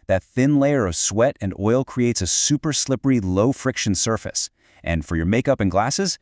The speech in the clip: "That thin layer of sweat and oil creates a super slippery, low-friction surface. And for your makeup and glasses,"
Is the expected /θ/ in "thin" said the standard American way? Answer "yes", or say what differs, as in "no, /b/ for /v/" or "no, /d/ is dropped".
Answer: yes